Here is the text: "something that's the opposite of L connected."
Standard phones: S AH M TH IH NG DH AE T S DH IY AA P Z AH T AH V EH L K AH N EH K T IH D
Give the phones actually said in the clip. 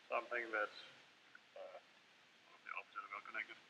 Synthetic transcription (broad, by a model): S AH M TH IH NG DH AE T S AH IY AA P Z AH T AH W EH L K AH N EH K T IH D